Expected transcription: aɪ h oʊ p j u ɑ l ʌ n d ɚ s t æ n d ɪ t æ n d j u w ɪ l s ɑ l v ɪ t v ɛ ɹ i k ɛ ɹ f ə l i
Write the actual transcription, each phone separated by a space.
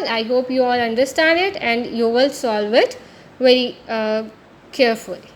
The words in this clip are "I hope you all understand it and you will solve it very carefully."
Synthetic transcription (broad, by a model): aɪ h oʊ p j u ɑ l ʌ n d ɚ s t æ n d ɪ t æ n d j u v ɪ l s ɑ l v ɪ t v ɛ ɹ i k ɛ ɹ f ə l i